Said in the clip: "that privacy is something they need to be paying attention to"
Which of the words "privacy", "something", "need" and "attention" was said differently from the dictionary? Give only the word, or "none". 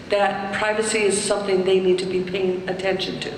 none